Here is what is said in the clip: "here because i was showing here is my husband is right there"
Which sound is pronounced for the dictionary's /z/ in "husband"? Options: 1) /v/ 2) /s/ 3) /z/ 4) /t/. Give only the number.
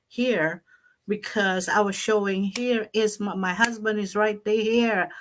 3